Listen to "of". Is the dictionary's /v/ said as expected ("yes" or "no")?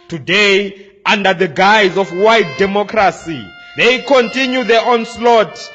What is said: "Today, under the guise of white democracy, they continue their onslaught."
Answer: no